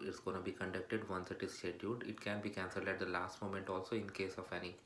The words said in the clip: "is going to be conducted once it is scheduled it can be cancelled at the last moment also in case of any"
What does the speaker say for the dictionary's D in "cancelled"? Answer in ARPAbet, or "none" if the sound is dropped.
D